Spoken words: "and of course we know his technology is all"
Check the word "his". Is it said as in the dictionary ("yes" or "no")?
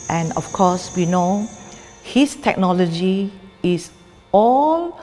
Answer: no